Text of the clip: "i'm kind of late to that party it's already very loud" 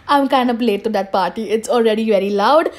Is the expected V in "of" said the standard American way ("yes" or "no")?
no